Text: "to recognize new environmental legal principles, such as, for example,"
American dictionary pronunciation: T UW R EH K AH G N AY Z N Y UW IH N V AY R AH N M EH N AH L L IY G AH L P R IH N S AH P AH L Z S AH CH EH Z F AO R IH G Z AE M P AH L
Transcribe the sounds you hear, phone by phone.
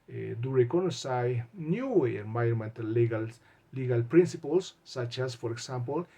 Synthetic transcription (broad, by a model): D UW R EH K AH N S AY N Y UW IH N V AY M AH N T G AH L L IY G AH L P R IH N S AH P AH L S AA CH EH S F AO R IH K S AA M P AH L